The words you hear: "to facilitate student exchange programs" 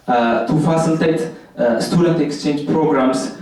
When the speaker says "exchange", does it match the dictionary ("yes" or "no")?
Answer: yes